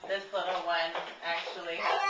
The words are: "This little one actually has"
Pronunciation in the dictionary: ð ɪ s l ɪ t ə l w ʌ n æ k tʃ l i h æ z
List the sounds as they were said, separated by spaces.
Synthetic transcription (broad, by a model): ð ɪ s l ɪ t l w ʌ n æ k tʃ i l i